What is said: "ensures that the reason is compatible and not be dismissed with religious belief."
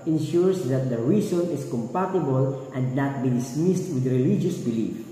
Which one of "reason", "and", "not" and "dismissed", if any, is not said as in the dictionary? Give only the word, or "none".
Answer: reason